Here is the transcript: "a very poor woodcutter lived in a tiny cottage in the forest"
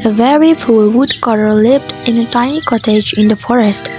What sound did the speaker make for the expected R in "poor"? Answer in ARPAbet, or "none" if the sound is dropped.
L